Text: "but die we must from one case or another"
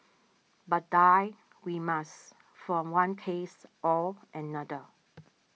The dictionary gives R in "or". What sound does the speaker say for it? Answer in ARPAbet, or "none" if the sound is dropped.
L